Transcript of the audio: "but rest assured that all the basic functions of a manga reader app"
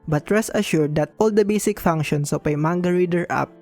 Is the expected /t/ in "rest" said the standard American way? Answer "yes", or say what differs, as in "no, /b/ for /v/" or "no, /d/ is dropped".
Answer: no, /t/ is dropped